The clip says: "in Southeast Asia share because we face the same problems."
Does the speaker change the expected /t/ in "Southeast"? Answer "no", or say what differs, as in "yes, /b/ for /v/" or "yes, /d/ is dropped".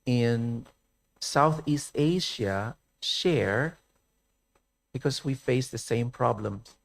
no